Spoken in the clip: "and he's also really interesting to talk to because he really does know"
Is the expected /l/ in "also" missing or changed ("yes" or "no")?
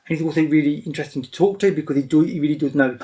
yes